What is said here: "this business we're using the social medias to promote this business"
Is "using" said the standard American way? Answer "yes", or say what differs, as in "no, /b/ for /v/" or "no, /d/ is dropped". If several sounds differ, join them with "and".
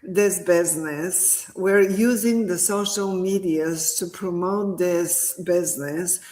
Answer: yes